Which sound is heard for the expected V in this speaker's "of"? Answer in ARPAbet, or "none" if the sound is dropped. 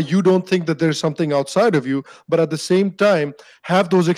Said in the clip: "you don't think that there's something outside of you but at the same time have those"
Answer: V